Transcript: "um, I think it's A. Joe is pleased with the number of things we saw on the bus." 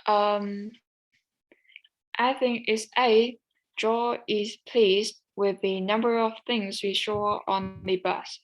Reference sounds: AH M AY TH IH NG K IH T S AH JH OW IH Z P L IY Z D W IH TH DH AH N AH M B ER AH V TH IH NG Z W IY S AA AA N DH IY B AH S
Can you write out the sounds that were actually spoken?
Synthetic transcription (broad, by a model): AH M AY TH IH NG K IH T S AH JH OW IH Z P L IY Z D W IH DH AH N AH M B ER AH V TH IH NG Z W IY SH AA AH N DH IY B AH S